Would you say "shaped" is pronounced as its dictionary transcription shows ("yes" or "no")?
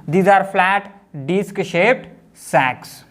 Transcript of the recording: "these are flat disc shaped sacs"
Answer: yes